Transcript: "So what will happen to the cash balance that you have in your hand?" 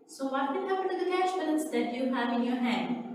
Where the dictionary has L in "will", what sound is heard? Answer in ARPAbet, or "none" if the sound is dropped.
N